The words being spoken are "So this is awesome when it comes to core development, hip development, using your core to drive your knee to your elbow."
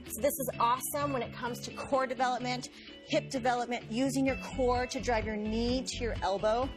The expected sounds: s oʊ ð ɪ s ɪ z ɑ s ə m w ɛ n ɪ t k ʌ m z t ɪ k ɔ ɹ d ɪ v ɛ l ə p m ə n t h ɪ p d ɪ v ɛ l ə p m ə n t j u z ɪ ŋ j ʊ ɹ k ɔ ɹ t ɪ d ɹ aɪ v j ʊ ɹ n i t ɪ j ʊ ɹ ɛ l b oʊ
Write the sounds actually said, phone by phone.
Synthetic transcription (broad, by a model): s oʊ ð ɪ s ɪ z ɑ s ə m w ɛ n ɪ t k ʌ m z t ɪ k ɔ ɹ d ɪ v ɛ l ə p m ə n t h ɪ p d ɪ v ɛ l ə p m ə n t j u z ɪ ŋ j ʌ ɹ k ɔ ɹ t ɪ d ɹ aɪ v j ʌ ɹ n i t ɪ j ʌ ɹ ɛ l b oʊ